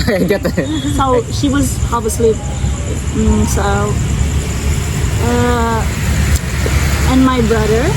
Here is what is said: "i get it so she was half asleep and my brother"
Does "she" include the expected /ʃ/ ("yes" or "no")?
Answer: yes